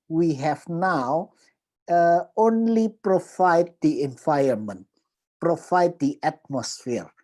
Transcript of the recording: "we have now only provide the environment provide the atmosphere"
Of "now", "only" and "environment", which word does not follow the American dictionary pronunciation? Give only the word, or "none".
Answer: environment